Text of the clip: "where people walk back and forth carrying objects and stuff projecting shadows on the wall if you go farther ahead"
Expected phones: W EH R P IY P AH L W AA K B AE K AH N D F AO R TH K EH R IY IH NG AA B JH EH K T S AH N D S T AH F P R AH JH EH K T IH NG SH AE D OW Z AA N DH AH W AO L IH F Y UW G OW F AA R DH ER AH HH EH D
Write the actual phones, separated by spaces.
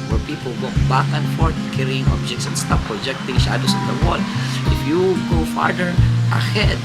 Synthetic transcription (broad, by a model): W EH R P IY P AH L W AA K B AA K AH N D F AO R T K EH R IY IH NG AA B JH EH K T S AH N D S T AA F P R AH JH EH K T IH NG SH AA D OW S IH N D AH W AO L IH F Y UW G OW F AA R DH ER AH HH EH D